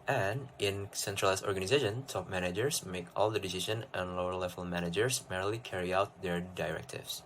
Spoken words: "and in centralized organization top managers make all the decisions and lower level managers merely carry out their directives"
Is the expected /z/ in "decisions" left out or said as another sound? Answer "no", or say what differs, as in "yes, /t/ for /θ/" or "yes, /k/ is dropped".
yes, /z/ is dropped